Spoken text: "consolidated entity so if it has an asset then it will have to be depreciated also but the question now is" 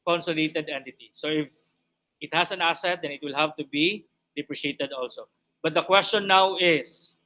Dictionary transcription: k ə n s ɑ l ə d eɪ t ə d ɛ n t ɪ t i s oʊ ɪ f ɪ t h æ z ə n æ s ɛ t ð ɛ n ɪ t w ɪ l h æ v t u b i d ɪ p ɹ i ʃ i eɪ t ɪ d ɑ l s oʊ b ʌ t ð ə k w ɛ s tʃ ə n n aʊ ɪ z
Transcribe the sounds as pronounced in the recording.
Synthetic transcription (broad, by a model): k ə n s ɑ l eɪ t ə d ɛ n t ɪ t i s oʊ ɪ f ɪ t h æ s ə n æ s ɛ t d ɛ n ɪ t w ɪ l h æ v t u b i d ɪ p ɹ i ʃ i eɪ t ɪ d ɑ l s oʊ b ʌ t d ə k w ɛ s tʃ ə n n aʊ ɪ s